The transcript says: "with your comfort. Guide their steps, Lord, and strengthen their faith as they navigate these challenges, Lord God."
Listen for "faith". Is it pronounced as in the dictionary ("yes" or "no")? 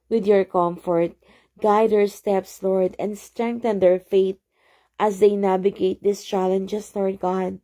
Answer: no